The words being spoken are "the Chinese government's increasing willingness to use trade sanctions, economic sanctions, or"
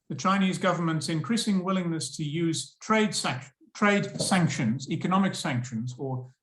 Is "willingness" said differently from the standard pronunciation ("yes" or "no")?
no